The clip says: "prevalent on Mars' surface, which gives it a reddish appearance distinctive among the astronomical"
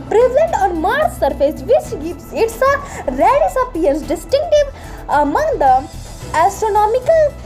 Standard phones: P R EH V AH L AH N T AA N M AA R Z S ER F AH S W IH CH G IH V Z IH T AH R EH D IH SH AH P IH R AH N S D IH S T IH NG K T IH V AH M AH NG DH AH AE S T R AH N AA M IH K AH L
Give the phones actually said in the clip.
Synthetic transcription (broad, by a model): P R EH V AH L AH N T AA N M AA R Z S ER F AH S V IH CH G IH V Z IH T AH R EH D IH S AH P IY AH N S D IH S T IH NG K T IH V AH M AH NG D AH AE S T R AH N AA M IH K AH L